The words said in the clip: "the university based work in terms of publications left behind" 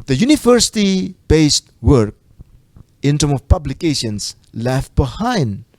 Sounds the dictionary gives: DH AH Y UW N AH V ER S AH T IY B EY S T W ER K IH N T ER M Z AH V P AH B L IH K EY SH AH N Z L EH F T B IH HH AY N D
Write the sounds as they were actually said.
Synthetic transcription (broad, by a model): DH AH Y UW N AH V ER S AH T IY B EY S T W ER K IH N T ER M AH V P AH B L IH K EY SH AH N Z L EH F T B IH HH AY N D